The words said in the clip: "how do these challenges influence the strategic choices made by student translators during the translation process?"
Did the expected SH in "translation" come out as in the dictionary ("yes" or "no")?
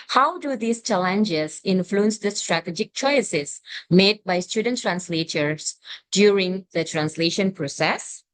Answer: yes